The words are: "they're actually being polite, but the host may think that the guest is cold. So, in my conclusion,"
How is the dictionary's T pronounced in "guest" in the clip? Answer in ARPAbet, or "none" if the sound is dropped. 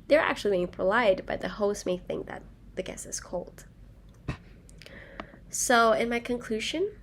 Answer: none